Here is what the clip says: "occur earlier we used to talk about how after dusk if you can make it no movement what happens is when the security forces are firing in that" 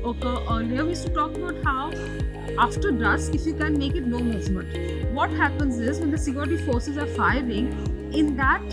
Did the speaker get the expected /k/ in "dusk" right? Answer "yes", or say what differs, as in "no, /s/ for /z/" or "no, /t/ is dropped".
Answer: no, /k/ is dropped